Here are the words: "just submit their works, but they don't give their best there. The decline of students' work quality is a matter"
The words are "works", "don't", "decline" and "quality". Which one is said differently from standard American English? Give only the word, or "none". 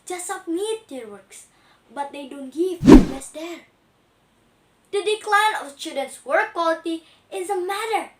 none